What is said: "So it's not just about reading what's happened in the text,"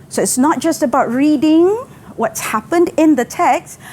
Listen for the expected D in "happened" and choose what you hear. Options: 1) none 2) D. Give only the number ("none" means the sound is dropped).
2